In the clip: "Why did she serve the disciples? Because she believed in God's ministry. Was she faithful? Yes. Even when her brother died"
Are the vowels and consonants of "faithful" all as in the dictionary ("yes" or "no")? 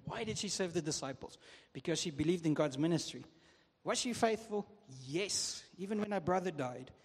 yes